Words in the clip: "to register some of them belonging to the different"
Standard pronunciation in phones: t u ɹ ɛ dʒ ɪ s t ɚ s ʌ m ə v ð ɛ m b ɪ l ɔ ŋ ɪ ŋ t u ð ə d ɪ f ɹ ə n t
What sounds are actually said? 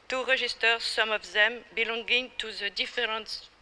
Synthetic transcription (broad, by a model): t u ɹ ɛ ʒ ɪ s t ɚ s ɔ m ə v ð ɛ m b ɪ l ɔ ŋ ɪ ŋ t u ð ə d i f ɹ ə n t